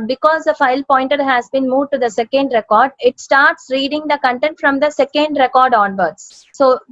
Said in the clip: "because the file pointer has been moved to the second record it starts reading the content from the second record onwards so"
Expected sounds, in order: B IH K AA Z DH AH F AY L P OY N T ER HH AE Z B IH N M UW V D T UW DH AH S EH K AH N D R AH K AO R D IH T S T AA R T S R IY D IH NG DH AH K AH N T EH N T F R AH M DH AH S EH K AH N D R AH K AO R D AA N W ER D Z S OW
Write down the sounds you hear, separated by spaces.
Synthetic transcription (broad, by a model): B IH K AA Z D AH F AY L P OY N T ER HH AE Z B IH N M UW D T UW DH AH S EH K AH N D R AH K AO R D IH T S T AA R T S R IY D IH NG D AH K AH N T EH N T F R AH M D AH S EH K AH N D R AH K AO R D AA N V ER D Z S OW